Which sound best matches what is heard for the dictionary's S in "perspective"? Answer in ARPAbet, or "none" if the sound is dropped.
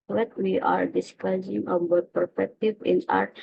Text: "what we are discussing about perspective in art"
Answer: none